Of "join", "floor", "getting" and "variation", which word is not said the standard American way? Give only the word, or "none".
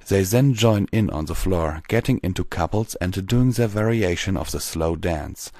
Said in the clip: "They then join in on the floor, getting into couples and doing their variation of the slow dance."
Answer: none